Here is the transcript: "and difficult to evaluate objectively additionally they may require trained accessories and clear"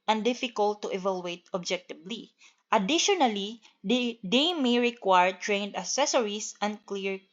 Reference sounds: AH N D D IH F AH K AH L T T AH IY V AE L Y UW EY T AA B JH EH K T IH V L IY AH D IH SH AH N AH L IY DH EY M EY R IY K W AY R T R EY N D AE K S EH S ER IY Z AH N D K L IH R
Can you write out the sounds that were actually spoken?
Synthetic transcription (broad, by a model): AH N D D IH F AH K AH L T T AH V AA L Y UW EY T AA B JH EH K T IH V L IY AH D IH SH AH N AH L IY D EY M EY R IY K W AY R T R EY N D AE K S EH S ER IY S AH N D K L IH R